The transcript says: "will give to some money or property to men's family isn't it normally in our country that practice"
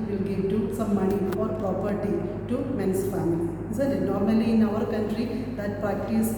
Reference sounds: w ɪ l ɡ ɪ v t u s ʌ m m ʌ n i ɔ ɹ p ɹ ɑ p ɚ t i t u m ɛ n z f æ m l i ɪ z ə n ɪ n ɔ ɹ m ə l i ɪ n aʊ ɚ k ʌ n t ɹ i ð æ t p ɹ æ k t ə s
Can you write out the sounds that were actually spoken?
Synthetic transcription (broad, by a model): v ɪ l ɡ ɪ v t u s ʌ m m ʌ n i ɔ ɹ p ɹ ɑ p ɚ t i t u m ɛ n s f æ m i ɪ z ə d n ɔ ɹ m ə l i ɪ n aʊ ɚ k ʌ n t ɹ i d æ t p ɹ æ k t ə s